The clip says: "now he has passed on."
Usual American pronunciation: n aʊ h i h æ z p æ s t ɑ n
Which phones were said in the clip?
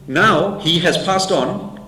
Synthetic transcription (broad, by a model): n aʊ h i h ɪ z p æ s t n